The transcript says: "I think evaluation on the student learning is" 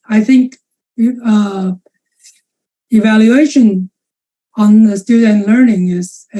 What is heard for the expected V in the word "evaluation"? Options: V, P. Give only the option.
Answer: V